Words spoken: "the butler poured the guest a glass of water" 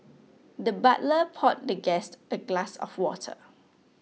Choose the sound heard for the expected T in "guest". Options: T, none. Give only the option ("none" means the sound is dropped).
T